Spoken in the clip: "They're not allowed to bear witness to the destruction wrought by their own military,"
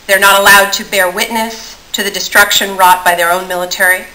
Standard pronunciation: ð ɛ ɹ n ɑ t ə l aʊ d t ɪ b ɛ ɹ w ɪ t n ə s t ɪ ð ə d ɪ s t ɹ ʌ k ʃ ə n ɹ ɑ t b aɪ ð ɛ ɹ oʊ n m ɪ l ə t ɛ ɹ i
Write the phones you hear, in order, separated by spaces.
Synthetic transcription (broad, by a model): ð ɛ ɹ n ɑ t ə l aʊ d t ɪ b ɛ ɹ w ɪ t n ə s t ɪ ð ə d ɪ s t ɹ ʌ k ʃ ə n ɹ ɑ t b aɪ ð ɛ ɹ oʊ n m ɪ l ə t ɛ ɹ i